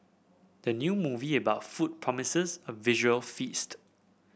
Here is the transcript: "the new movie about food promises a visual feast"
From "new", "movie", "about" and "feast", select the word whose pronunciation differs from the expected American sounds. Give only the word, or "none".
none